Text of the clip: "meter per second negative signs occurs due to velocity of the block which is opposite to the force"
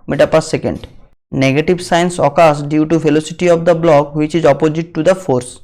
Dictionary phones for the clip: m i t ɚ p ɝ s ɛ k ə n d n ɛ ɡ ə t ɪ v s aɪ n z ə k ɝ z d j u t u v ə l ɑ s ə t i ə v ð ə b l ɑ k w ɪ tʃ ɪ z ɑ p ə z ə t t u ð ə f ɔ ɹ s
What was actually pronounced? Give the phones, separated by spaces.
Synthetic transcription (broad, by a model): m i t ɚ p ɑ s ɛ k ə n d n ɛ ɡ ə t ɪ b s aɪ n s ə k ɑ s d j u t u f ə l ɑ s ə t i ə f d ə b l ɑ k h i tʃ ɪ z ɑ p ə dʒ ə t t u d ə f ɔ ɹ s